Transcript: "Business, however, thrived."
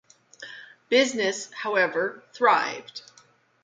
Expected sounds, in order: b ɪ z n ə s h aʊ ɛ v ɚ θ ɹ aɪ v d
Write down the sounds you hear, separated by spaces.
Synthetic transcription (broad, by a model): b ɪ z n ə s h aʊ ɛ v ɚ θ ɹ aɪ v d